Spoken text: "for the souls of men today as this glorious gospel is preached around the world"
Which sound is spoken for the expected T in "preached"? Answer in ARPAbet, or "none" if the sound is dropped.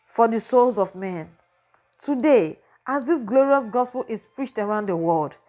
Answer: T